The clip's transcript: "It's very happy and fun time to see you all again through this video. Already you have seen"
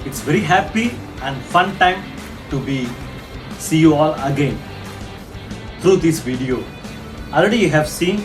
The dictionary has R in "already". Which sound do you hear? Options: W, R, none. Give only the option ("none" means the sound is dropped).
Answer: R